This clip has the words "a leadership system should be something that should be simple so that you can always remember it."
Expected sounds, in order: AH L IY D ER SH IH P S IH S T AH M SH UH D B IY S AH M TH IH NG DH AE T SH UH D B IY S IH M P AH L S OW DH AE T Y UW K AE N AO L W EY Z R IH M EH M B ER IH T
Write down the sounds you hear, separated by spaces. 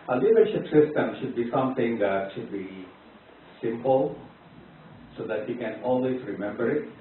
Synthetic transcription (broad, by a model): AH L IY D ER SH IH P S IH S T AH M SH UH D B IY S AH M T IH NG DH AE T SH UH D B IY S IH M P AH L S OW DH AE T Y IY K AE N AO L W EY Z R IH M EH M B ER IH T